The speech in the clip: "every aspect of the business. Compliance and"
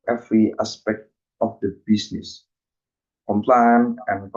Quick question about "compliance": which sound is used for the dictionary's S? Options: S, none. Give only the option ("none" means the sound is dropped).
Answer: none